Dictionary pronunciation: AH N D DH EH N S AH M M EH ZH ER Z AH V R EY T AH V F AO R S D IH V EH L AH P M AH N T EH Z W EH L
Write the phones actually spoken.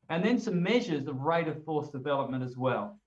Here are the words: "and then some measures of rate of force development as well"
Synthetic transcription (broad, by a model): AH N DH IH N S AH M M EH ZH ER Z AH V R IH T AH V F AO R S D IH V EH L AH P M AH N T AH Z W EH L